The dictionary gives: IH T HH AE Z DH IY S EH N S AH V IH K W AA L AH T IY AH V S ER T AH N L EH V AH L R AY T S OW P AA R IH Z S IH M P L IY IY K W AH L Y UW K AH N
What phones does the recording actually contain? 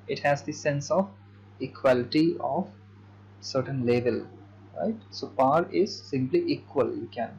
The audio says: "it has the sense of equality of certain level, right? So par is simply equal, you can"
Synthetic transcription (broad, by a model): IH T HH AE Z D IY S EH N S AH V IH K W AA L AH T IY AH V S ER T AH N L EH V AH L R AY T S OW P AA R IH Z S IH M P L IY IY K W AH L Y UW K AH N